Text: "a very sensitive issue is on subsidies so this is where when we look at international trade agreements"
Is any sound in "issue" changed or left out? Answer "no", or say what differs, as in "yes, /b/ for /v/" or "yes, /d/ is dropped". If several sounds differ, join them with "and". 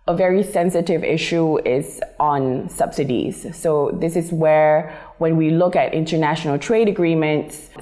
no